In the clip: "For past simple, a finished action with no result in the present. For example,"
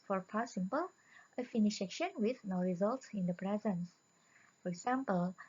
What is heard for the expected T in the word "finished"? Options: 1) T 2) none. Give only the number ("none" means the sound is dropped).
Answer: 2